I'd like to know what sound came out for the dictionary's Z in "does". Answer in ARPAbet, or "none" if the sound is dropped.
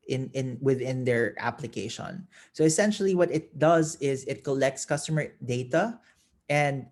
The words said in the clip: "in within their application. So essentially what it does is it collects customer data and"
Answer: Z